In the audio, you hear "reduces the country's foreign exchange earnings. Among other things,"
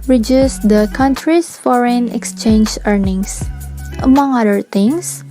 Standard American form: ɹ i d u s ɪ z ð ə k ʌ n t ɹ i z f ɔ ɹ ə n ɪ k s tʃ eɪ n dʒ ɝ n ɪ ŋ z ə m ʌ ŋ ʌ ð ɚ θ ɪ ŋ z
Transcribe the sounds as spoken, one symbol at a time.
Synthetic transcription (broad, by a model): ɹ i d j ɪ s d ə k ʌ n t ɹ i s f ɔ ɹ ə n ɪ k s tʃ eɪ n dʒ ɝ n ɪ ŋ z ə m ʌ ŋ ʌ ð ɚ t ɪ ŋ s